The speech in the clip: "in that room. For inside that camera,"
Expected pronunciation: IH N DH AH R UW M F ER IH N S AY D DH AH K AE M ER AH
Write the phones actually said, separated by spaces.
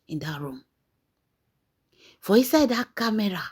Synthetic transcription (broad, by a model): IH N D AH R UW M F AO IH S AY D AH K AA M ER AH